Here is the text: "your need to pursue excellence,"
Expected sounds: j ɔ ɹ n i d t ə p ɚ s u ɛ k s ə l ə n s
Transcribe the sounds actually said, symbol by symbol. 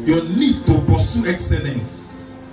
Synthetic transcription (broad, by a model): j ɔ n i d t ə p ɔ s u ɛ k s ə l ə n s